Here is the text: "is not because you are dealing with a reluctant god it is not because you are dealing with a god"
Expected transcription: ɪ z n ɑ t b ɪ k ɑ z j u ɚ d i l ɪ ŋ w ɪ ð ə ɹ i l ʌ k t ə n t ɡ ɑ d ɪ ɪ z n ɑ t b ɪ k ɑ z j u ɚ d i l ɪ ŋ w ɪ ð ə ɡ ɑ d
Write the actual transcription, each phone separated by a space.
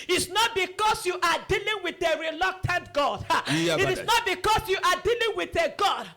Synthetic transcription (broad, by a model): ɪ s n ɑ t b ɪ k ɑ s j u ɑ d i l ɪ ŋ w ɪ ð ə ɹ i l ʌ k t ə n t ɡ ɑ d ɪ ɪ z n ɑ t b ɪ k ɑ s j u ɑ d i l ɪ ŋ w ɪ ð ə ɡ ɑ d